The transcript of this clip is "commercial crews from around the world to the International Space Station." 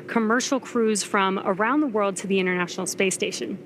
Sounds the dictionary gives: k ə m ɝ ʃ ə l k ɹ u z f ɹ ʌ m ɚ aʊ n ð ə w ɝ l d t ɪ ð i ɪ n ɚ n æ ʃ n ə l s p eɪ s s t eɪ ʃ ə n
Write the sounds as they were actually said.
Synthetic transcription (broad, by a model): k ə m ɝ ʃ l k ɹ u z f ɹ ʌ m ɚ aʊ n ð ə w ɝ l d t ɪ ð i ɪ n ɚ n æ ʃ n l s p eɪ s s t eɪ ʃ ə n